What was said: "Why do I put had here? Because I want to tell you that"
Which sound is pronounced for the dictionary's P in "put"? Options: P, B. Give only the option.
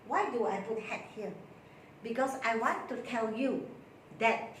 B